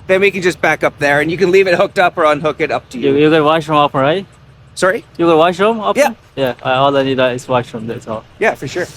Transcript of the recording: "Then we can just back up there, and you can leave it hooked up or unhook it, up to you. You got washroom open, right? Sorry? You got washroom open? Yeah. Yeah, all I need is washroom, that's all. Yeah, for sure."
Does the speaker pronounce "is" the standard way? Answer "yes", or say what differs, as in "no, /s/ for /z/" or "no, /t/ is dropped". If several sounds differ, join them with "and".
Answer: no, /s/ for /z/